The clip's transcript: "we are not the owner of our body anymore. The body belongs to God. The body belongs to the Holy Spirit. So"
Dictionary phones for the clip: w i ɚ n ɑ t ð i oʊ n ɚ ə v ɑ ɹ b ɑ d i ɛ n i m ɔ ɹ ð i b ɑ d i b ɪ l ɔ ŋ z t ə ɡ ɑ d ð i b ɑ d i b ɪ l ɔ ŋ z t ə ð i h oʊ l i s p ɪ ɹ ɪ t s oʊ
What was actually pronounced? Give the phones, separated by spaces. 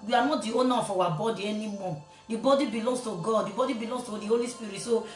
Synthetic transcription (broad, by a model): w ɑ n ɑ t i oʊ n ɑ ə w ɑ b ɑ d i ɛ n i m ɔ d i b ɑ d i b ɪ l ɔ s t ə ɡ ɑ d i b ɑ d i b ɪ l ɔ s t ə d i h oʊ l i s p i ɹ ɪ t s oʊ